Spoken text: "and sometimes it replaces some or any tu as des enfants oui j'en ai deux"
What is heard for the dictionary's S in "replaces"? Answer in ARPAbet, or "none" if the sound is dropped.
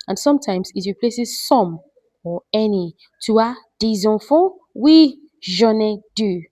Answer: S